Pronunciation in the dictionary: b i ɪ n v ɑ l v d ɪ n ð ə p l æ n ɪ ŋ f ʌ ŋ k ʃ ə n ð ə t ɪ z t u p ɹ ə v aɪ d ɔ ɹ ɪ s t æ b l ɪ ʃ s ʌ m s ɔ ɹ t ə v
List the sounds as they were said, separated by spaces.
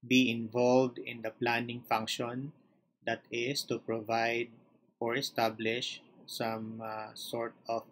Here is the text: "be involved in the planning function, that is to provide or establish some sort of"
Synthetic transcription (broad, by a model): b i ɪ n v ɑ l v d ɪ n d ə p l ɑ n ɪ ŋ f ʌ ŋ k ʃ ə n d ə t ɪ s t u p ɹ ə v aɪ d ɔ ɹ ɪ s t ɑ b l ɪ ʃ s ʌ m s ɔ ɹ t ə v